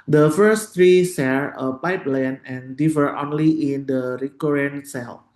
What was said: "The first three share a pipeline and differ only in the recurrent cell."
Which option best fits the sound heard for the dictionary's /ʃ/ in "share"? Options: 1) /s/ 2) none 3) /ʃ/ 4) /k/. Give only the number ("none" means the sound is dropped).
1